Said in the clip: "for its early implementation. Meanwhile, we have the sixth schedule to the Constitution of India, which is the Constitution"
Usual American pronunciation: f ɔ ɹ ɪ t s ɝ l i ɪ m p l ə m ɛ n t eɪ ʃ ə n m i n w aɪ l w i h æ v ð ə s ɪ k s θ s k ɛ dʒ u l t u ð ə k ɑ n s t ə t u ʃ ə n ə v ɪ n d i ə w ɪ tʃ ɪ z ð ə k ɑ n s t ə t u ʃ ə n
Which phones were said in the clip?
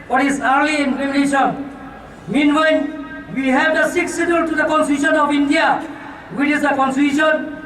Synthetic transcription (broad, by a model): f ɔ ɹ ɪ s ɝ l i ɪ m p ə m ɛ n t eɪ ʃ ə n m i n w aɪ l w i h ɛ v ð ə s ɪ k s s ɛ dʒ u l t u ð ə k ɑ n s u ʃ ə n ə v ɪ n d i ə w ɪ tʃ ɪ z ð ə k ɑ n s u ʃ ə n